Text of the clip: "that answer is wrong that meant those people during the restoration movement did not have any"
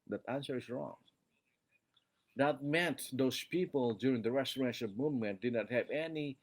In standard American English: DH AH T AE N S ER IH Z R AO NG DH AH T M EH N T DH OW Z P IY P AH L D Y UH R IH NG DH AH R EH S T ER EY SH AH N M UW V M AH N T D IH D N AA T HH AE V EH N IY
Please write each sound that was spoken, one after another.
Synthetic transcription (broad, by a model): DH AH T AE N S ER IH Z R AO NG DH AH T M EH N T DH OW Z P IY P AH L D Y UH R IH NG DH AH R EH S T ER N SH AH L M UW V M AH N T D IH D N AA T HH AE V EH N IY